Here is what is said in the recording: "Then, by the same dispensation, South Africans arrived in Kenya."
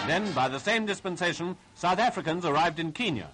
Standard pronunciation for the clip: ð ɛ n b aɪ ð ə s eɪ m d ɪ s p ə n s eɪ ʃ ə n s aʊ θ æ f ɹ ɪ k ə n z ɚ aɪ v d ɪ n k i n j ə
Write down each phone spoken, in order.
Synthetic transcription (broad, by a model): ð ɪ n b aɪ ð ə s eɪ m d ɪ s p ə n s eɪ ʃ ə n s aʊ θ æ f ɹ ɪ k ə n z ɚ aɪ v d ɪ n k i n j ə